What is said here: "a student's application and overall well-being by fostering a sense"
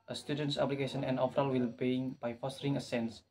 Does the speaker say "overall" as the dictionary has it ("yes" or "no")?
no